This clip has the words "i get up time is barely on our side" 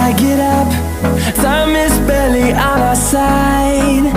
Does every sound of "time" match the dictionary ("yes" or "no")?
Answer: no